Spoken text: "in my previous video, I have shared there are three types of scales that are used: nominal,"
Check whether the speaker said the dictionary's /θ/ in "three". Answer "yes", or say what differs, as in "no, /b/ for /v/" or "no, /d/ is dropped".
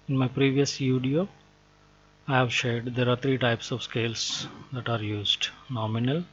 no, /t/ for /θ/